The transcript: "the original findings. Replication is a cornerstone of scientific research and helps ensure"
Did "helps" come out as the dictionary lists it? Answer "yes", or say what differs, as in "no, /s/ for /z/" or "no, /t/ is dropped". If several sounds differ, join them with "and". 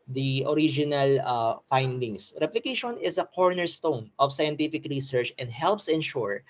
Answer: yes